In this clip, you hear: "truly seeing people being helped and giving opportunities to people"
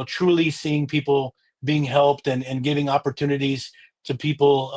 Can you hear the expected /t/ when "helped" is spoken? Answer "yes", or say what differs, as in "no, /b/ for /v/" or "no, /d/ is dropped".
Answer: yes